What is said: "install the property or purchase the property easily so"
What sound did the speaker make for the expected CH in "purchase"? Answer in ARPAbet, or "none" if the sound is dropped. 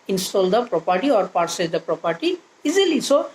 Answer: S